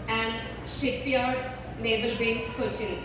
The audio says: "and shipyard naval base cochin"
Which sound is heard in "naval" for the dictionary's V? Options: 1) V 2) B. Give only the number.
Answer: 2